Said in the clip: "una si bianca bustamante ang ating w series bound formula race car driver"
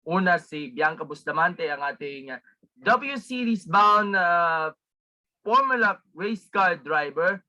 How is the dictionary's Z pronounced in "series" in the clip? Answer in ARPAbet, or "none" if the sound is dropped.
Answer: S